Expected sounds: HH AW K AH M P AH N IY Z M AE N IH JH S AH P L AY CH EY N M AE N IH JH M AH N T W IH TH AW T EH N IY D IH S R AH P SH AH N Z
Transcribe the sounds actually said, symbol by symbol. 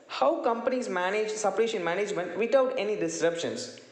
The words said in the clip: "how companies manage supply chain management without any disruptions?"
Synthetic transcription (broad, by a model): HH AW K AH M P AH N IY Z M AE N IH JH S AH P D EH SH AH N M AE N IH JH M AH N T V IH T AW T EH N IY D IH S R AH P SH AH N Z